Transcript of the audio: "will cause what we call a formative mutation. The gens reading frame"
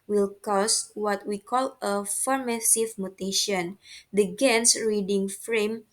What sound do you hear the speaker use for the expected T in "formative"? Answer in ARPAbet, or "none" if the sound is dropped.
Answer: S